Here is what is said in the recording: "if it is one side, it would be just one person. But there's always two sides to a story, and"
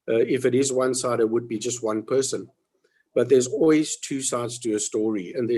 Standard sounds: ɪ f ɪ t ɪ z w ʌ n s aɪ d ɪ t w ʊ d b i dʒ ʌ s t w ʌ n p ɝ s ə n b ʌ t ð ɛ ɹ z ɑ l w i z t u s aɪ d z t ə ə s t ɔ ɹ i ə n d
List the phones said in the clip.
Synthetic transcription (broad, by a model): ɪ f ɪ t ɪ z w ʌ n s aɪ d ɪ t w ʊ d b i dʒ ʌ s t w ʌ n p ɝ s ə n b ʌ t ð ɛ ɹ z ɑ l w i z t u s aɪ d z t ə ə s t ɔ ɹ i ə n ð